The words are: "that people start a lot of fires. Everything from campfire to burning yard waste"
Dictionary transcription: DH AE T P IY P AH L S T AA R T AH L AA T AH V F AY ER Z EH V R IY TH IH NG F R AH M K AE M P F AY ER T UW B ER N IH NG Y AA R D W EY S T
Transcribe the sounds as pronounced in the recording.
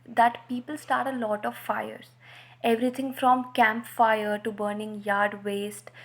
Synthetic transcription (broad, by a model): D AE T P IY P AH L S T AA R T AH L AA T AH V F AY ER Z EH V R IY T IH NG F R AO M K AE M P F AY ER T UW B ER N IH NG Y AA R D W EY S T